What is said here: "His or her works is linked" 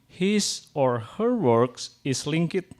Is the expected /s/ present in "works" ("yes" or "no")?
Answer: yes